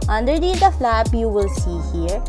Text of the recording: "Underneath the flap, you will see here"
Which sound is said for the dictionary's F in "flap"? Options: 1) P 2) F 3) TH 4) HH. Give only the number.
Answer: 2